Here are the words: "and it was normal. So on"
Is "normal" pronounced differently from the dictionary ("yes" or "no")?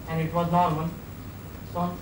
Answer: yes